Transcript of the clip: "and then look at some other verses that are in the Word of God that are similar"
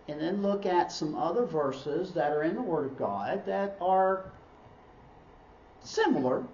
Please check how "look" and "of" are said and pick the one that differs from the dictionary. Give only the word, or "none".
none